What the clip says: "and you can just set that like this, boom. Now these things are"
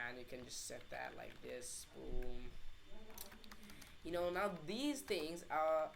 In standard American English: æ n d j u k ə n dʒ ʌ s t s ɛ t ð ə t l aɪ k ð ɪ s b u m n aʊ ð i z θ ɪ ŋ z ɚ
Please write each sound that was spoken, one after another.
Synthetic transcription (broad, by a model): n j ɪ k ə n dʒ ʌ s t s ɛ t ð ə t l aɪ k ð ɪ s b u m n aʊ ð i z θ ɪ ŋ z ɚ